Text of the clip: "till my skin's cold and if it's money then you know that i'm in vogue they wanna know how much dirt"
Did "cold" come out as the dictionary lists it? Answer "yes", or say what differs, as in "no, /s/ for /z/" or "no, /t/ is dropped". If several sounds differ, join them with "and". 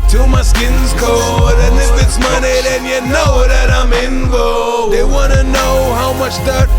no, /l/ is dropped